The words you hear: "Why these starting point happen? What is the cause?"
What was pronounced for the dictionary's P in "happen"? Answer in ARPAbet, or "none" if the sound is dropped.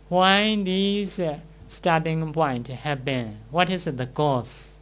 B